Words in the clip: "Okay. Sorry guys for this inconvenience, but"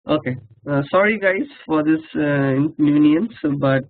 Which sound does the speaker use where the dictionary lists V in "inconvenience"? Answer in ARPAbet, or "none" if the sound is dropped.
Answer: none